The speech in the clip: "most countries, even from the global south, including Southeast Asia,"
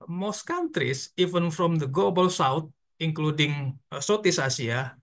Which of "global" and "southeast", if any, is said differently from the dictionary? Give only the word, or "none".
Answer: southeast